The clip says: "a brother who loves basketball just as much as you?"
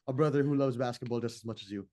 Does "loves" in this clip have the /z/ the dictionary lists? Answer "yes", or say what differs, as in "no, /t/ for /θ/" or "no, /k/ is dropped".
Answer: yes